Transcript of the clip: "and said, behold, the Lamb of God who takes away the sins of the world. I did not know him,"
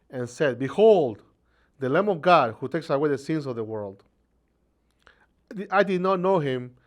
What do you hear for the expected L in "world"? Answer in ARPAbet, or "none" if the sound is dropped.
L